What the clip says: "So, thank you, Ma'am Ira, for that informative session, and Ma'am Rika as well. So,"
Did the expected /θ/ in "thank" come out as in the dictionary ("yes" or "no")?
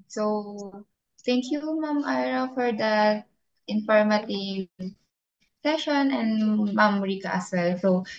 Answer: no